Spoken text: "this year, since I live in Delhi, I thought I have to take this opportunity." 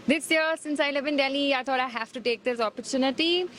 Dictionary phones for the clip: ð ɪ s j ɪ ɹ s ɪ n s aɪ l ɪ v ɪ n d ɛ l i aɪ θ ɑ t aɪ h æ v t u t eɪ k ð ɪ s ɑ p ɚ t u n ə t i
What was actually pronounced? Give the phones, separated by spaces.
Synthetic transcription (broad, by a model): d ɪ s j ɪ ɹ s ɪ n s aɪ l ɪ v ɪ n d ɛ l i aɪ t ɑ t aɪ h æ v t u t eɪ k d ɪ s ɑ p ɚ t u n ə t i